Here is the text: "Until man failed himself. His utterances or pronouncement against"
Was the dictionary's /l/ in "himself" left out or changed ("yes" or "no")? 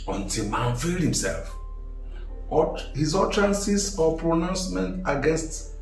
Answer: no